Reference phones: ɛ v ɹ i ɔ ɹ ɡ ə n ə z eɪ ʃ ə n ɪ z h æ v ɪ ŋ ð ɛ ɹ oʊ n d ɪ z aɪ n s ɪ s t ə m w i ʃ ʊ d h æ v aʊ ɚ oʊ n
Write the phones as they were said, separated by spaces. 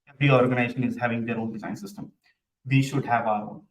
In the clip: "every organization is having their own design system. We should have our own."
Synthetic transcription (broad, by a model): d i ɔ ɹ ɡ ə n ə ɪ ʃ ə n ɪ z h æ v ɪ ŋ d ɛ ɹ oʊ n d ɪ z aɪ n s ɪ s t ə m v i ʃ ʊ d h æ v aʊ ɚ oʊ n